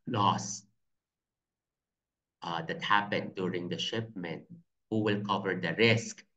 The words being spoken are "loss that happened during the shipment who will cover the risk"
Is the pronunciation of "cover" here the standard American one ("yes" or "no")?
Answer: yes